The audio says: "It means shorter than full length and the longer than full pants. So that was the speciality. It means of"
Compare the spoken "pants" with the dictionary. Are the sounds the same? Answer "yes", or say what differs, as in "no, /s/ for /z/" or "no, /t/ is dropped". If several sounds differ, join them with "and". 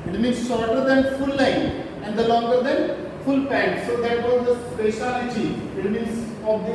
no, /n/ is dropped